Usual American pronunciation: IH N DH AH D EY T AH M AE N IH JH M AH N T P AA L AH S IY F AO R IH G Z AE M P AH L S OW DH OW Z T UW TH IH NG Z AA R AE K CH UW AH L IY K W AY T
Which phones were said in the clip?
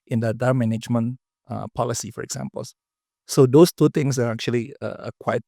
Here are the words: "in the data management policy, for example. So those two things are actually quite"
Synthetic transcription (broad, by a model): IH N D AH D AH M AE N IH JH M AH N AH P AA L AH S IY F AO R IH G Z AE M P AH L S OW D OW S T UW T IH NG S AA R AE K CH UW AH L IY K W AY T